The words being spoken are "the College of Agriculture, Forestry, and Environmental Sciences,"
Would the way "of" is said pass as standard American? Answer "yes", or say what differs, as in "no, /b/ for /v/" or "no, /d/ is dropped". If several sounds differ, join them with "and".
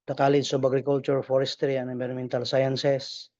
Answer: no, /b/ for /v/